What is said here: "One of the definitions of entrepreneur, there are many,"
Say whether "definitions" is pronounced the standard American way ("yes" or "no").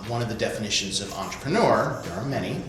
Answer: yes